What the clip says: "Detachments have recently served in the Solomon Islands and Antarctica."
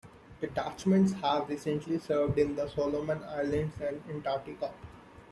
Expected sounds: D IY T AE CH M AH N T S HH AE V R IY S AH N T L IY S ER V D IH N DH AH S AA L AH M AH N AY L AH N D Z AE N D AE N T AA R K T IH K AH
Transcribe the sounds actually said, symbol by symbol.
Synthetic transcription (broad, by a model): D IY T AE CH M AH N T S HH AE V R IY S AH N T L IY S ER V D IH N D AH S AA L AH M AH N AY L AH N D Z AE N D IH N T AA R T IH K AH